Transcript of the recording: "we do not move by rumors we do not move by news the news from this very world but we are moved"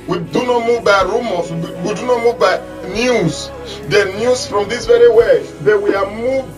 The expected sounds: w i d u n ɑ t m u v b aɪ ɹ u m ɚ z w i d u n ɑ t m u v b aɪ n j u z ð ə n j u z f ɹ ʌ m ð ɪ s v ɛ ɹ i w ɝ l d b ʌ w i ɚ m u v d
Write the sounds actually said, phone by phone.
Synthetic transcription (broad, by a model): w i d u n ɑ t m u v b aɪ ɹ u m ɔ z w i d u n ɑ t m u v b aɪ n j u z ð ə n j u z f ɹ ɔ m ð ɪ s v ɛ ɹ i w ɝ d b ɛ w i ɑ m u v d